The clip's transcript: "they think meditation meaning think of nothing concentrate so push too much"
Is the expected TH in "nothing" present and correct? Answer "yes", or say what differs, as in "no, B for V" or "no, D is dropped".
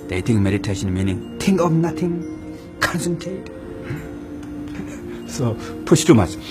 no, T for TH